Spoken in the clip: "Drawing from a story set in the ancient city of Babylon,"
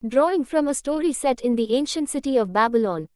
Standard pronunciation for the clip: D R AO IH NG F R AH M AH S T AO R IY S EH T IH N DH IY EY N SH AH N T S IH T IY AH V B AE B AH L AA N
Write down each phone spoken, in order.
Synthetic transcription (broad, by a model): D R AO IH NG F R AH M AH S T AO R IY S EH T IH N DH IY EY N SH AH N T S IH T IY AH V B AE B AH L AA N